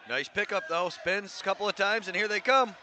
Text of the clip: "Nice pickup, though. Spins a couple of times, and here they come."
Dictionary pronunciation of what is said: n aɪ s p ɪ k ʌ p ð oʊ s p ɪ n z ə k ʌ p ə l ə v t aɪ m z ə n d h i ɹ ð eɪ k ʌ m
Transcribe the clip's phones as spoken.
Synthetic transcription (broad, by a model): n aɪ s p ɪ k ʌ p ð oʊ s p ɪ n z ə k ʌ p l ə v t aɪ m z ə n h i ɹ ð eɪ k ʌ m